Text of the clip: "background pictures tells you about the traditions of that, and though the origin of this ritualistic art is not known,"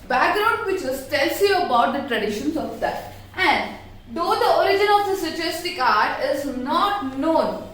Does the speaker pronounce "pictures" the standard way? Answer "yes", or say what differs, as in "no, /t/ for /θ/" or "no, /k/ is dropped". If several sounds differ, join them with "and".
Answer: no, /k/ is dropped